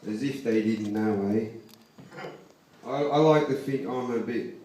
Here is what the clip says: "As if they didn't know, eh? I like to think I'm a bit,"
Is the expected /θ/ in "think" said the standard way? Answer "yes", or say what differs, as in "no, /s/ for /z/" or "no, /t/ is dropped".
no, /f/ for /θ/